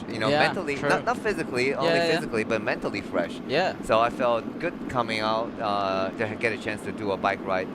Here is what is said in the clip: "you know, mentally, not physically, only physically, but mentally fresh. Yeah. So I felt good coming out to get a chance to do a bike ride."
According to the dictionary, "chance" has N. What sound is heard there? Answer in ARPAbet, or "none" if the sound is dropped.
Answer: N